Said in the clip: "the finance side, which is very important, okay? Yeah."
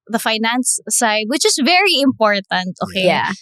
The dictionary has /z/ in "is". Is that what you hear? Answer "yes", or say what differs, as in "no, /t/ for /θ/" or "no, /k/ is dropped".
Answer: no, /s/ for /z/